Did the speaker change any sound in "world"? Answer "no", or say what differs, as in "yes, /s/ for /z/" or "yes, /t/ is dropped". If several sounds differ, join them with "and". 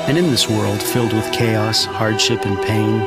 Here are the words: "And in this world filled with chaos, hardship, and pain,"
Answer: no